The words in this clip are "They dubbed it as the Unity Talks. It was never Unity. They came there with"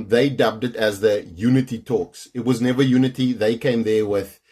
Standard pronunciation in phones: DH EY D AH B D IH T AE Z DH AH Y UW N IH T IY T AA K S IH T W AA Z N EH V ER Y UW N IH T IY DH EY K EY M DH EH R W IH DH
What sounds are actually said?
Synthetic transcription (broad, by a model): DH EY D AH B D IH T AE Z DH AH Y UW N IH T IY T AA K S IH T W AA Z N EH V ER Y UW N IH T IY DH EY K EY M DH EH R W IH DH